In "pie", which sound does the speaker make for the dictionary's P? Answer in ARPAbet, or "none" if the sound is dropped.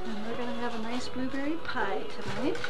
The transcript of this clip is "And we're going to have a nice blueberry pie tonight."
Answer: P